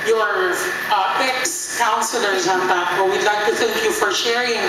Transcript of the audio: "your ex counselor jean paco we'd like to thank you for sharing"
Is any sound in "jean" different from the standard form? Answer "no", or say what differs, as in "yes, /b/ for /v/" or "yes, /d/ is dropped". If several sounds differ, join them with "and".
yes, /z/ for /dʒ/